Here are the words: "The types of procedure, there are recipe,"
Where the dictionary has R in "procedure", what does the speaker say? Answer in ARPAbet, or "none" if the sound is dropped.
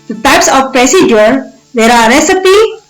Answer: R